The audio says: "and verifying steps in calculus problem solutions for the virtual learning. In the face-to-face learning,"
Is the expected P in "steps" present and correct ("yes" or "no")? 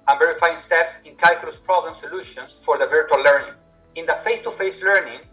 no